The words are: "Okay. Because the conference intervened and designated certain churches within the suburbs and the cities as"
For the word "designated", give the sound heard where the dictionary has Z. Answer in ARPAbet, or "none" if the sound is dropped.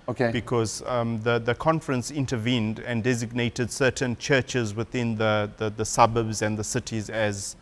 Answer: Z